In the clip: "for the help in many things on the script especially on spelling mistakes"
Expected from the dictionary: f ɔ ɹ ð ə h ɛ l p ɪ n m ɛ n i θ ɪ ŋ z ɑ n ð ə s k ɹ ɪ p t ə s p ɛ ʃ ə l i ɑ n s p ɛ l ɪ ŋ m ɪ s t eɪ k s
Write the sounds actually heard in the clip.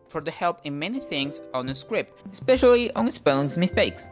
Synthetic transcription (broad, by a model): f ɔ ɹ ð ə h ɛ l p ɪ n m ɛ n i θ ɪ ŋ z ɑ n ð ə s k ɹ ɪ p t ə s p ɛ ʃ ə l i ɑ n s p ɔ ɪ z m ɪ s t eɪ k s